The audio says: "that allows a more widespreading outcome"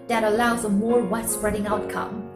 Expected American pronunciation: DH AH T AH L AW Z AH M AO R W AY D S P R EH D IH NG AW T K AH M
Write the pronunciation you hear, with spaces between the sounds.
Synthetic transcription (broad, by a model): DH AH T AH L AW Z AH M AO R W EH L S P R EH D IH NG AW T K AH M